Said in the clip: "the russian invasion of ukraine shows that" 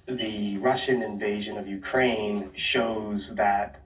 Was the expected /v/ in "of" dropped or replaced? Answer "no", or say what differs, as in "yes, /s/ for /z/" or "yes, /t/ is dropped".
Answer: no